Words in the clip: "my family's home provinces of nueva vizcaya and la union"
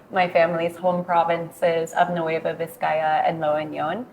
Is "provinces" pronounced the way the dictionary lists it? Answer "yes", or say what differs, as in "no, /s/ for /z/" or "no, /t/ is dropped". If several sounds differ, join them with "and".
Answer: yes